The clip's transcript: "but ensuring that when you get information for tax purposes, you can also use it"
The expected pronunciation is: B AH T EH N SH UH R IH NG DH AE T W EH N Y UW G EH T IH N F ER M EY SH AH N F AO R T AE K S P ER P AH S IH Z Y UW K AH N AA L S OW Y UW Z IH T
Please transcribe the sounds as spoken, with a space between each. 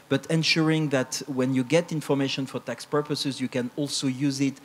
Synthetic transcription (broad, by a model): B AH T EH N SH UH R IH NG DH AE T W EH N Y UW G EH T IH N F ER M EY SH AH N F AO R T AE K S P ER P AH S IH Z Y UW K AH N AA L S OW Y UW Z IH T